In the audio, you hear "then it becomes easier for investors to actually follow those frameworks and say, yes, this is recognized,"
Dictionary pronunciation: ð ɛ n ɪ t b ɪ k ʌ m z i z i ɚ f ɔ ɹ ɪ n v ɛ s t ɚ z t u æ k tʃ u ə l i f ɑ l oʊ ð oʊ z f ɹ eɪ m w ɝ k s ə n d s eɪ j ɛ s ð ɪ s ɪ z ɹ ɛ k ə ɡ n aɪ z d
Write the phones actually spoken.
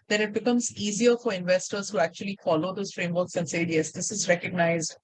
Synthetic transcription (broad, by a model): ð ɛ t ɪ t b ɪ k ʌ m z i z i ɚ f ɔ ɹ ɪ n v ɛ s t ɚ z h u æ k tʃ u ə l i f ɑ l oʊ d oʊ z f ɹ eɪ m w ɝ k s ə n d s eɪ j ɛ s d ɪ s ɪ z ɹ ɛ k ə ɡ n aɪ z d